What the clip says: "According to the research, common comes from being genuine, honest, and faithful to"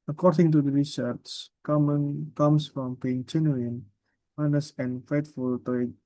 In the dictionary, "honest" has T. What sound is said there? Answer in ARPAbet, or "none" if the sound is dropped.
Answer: none